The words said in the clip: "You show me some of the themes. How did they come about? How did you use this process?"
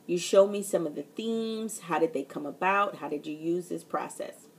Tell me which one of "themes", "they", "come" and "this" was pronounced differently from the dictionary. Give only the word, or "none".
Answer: none